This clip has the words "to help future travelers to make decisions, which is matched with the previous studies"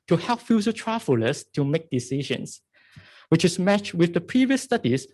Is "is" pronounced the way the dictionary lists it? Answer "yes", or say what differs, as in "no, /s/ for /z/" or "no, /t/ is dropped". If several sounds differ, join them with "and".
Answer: no, /s/ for /z/